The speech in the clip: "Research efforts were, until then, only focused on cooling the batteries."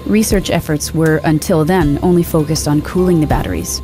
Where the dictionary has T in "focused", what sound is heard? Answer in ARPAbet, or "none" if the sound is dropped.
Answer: T